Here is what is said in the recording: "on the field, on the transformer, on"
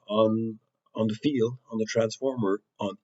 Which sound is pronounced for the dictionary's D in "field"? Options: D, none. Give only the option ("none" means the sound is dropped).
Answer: D